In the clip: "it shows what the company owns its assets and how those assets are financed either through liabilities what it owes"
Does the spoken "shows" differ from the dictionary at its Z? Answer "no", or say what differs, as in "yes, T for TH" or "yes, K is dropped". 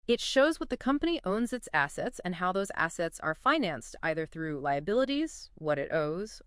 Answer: no